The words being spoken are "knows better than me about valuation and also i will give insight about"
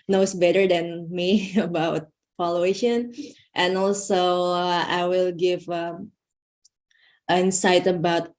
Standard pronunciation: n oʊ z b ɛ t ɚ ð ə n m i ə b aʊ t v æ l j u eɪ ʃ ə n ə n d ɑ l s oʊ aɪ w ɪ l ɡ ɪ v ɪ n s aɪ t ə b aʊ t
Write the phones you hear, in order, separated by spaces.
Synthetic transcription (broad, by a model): n oʊ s b ɛ t ɚ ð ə n m i ə b aʊ t f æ l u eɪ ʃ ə n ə n ɑ l s oʊ aɪ w ɪ l ɡ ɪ v ɪ n s aɪ t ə b aʊ t